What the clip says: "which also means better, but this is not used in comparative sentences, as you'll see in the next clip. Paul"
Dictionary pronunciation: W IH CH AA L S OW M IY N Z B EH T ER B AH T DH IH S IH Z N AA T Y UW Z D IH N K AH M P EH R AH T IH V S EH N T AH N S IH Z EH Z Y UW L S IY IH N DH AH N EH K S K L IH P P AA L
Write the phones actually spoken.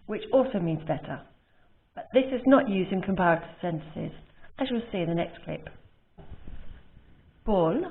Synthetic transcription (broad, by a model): W IH CH AA L S OW M IY N Z B EH T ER B AH T DH IH S IH Z N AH T Y UW Z D IH N K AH M P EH R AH T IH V S EH N T AH N S IH Z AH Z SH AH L S IY IH N DH AH N EH K S K L IH P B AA L